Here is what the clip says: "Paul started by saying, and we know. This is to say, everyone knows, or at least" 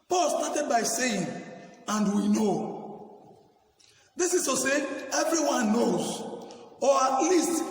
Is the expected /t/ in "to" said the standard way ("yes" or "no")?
no